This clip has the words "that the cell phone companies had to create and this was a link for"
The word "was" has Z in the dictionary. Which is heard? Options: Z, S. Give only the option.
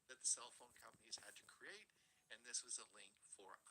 Z